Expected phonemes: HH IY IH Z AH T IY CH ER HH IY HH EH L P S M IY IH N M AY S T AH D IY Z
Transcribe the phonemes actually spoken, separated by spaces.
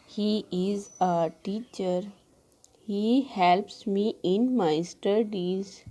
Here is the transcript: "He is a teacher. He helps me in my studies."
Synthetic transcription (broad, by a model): HH IY IH Z AH T IY CH ER HH IY HH EH L P S M IY IH N M AY S T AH D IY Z